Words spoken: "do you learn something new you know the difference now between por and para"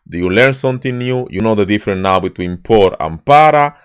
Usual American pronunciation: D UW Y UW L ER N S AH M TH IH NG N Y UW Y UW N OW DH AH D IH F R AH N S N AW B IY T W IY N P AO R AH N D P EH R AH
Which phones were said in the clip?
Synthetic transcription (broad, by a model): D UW Y UW L ER N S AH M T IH N Y UW Y UW N OW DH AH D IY F R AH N N AW B IY T W IY N P AO R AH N P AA R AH